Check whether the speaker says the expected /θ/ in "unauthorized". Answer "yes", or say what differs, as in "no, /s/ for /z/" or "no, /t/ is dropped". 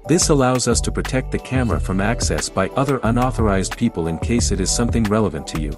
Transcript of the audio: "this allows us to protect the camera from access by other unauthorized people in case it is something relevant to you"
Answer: yes